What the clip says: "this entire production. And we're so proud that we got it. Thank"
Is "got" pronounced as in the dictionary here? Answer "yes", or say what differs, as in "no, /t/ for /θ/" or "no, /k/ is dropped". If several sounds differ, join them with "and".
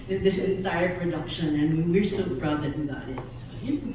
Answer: no, /t/ is dropped